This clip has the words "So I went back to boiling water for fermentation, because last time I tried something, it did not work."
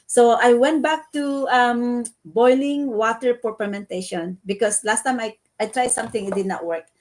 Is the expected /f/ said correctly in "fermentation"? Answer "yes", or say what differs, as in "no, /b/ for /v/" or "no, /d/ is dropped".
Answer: no, /p/ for /f/